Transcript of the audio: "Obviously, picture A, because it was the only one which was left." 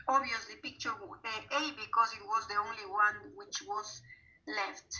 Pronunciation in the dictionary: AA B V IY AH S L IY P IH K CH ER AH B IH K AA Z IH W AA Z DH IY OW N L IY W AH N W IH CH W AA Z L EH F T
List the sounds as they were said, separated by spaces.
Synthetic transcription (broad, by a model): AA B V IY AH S L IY B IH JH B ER AH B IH K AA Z IH W AA Z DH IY OW N L IY W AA N W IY CH W AA Z L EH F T